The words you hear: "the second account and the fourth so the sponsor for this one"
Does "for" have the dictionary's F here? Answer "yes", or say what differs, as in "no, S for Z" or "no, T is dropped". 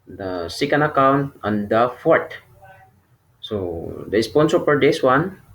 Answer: no, P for F